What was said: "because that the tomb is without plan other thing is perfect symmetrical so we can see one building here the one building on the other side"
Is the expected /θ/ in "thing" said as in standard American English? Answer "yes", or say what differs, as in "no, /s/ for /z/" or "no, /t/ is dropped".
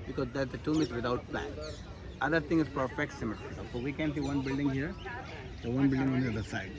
no, /t/ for /θ/